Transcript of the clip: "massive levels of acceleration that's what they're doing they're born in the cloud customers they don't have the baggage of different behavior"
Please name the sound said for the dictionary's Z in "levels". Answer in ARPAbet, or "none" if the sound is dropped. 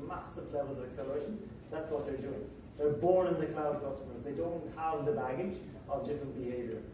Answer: Z